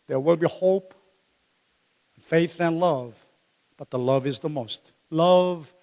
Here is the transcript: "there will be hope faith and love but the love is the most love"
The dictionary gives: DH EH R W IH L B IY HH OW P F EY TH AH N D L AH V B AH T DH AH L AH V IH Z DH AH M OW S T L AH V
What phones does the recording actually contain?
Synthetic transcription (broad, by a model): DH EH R W IH L B IY HH OW P F EY TH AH N L AH V B AH T DH AH L AH V IH Z DH AH M OW S T L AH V